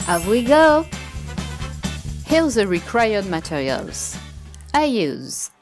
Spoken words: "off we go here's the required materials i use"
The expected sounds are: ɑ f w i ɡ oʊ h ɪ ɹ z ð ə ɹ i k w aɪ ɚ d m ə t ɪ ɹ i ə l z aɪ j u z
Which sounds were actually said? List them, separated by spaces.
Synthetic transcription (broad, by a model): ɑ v w i ɡ oʊ h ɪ l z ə ɹ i k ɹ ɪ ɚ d m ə t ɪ ɹ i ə l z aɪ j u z